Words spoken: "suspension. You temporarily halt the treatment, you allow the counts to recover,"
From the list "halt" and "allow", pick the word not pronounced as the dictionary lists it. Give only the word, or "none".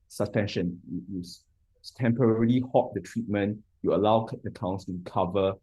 halt